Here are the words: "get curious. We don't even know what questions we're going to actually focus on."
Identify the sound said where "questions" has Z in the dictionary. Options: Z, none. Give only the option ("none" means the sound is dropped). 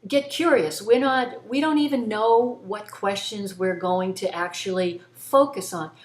Z